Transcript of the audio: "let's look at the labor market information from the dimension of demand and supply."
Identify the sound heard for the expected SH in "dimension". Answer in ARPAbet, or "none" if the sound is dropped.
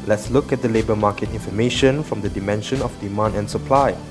SH